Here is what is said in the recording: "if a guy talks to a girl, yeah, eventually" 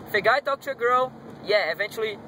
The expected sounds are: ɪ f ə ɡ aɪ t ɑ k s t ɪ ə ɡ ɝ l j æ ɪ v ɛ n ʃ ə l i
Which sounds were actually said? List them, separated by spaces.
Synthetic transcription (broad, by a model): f ə ɡ aɪ t ɑ k t ɪ ə ɡ ɝ l j æ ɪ v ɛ n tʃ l i